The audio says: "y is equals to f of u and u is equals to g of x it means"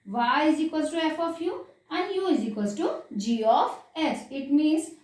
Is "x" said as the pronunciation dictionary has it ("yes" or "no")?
no